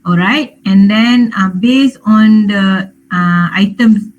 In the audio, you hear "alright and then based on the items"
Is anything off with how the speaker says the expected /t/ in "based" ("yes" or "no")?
yes